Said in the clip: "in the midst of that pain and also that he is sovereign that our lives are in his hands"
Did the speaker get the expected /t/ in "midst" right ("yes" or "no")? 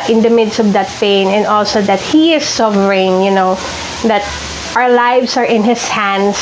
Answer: yes